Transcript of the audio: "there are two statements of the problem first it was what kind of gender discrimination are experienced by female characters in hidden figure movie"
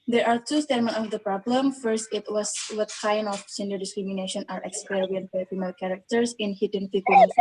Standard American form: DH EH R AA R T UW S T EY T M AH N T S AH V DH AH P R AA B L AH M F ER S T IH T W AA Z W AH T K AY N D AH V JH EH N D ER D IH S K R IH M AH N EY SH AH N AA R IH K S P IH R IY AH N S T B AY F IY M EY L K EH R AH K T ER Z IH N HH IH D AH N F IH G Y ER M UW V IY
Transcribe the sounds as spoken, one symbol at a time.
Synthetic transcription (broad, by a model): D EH R AA R T UW S T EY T M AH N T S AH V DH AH P R AA B L AH M F ER S T IH T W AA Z W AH T K AY N D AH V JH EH N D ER D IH S K R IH M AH N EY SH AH N AA R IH K S P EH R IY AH N T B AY F IY M EY L K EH R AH K T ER S IH N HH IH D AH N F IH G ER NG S